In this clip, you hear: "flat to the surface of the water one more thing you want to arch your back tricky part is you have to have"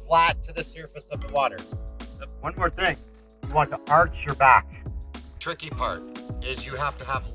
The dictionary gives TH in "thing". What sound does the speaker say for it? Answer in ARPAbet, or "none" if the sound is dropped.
TH